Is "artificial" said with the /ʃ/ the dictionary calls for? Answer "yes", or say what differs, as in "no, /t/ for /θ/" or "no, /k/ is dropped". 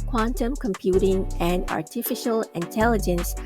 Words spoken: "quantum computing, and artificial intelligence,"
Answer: yes